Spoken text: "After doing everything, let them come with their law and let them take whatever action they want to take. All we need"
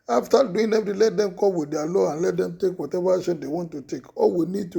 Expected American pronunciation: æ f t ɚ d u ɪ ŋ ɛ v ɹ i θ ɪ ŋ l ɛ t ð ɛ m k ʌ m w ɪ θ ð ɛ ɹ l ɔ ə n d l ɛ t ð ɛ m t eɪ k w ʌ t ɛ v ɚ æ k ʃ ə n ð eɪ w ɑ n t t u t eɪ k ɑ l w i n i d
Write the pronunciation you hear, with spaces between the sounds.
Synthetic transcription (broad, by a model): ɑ f t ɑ d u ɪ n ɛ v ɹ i l ɛ t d ɛ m k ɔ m w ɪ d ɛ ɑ l ɔ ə n l ɛ t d ɛ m t eɪ k w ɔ t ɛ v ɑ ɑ ʃ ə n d eɪ w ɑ n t t u t eɪ k ɑ l w i n i d